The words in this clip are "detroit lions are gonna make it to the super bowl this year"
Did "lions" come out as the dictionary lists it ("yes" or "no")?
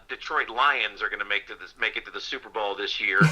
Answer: yes